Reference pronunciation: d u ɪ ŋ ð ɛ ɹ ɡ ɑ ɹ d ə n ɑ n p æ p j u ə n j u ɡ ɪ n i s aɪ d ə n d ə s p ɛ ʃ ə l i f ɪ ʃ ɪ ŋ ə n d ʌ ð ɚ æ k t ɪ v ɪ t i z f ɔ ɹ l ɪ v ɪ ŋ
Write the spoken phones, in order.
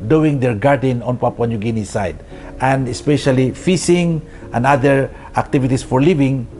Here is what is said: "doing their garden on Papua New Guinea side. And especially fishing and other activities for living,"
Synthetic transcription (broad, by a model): d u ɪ ŋ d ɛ ɹ ɡ ɑ ɹ d ə n ɑ n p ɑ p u n j u ɡ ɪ n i s aɪ d ə n d ə s p ɛ ʃ ə l i f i s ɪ ŋ ə n d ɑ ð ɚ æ k t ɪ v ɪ t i s f ɔ ɹ l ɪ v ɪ ŋ